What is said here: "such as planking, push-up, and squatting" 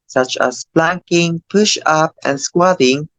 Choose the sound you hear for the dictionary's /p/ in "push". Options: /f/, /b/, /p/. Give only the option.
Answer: /p/